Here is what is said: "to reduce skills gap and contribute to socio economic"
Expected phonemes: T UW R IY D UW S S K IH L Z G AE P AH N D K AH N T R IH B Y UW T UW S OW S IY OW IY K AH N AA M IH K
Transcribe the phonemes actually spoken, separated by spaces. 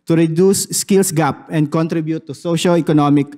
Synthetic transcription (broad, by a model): T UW R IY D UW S S K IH L S G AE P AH N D K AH N T R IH B Y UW T UW S OW SH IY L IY K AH N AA M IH K